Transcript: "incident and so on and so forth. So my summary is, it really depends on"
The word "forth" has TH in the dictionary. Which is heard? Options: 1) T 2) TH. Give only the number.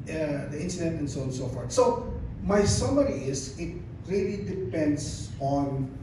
1